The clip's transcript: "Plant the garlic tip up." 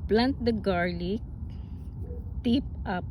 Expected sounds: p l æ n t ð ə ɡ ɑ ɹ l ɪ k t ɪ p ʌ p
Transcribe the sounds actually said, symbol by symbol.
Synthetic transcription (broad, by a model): p l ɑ n t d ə ɡ ɑ ɹ l ɪ k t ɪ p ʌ p